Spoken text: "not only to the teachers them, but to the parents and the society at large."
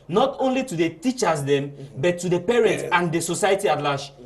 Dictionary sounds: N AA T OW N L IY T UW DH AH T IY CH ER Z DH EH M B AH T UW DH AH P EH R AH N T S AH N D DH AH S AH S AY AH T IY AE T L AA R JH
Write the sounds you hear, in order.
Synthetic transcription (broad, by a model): N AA T OW N L IY T UW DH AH T IY CH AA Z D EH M B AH T UW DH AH P EH R AH N T S AH N D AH S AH S AY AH T IY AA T L AA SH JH